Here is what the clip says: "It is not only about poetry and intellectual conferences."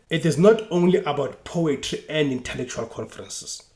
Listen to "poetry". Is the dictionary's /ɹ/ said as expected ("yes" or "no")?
yes